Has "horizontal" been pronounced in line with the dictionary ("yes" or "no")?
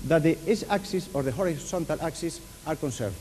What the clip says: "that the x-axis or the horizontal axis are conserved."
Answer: no